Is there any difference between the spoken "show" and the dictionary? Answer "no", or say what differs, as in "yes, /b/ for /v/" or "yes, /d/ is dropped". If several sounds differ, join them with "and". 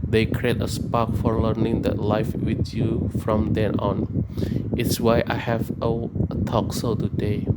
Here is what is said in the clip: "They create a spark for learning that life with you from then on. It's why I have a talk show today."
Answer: yes, /s/ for /ʃ/